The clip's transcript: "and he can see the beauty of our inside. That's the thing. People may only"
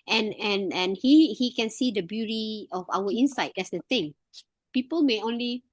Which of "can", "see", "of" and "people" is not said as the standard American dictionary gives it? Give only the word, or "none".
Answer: of